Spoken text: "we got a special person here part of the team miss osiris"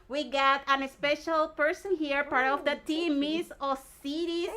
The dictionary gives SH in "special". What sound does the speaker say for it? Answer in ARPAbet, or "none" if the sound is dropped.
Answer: SH